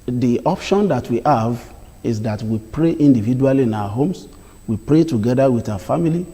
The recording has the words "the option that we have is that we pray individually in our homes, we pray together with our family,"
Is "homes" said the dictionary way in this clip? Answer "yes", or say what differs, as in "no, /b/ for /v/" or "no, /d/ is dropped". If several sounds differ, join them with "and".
no, /s/ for /z/